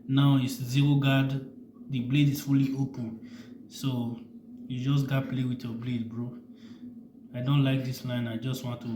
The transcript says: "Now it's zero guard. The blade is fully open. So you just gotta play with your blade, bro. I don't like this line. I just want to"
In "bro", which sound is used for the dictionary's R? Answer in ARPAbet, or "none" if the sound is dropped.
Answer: R